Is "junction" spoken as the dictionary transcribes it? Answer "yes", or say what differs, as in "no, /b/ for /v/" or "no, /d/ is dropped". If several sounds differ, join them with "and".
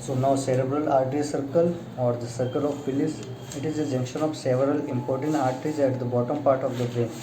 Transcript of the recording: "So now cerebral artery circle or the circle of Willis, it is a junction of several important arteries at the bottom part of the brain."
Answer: yes